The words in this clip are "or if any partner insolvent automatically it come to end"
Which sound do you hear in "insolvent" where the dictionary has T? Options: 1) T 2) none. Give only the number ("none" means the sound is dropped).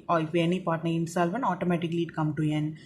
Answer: 2